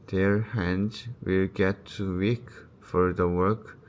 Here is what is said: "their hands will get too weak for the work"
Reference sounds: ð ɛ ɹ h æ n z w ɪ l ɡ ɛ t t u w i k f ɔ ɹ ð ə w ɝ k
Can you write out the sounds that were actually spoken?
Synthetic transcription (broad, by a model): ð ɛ ɹ h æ n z w ɪ l ɡ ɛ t t u w i k f ɔ ɹ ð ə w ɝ k